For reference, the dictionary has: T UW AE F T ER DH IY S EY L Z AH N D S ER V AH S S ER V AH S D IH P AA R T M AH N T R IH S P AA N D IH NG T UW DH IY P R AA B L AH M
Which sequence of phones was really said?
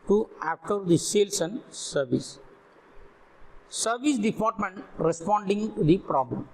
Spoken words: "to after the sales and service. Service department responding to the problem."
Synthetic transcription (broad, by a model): T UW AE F T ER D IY S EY L S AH N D S ER V AH S S ER V AH S D IH P AA R T M AH N T R IH S P AA N D IH NG T UW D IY P R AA B L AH M